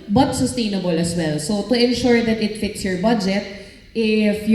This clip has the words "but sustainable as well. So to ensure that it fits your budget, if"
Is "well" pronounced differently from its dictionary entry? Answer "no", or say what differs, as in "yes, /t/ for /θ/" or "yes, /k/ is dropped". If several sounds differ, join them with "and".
no